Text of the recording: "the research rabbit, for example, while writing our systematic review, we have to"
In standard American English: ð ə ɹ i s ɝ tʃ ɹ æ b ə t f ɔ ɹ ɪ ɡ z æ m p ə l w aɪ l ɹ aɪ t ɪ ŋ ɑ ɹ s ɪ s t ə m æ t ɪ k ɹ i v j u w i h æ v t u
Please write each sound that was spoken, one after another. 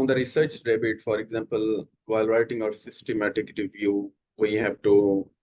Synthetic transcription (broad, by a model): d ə ɹ i s ɝ tʃ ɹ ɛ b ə t f ɔ ɹ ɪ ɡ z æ m p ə l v aɪ l ɹ aɪ t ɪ ŋ ɑ ɹ s ɪ s t ə m æ t ɪ k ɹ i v j u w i h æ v t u